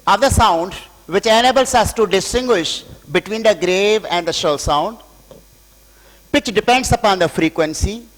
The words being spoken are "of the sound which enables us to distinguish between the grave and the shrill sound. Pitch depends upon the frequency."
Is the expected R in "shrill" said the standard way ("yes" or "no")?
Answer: no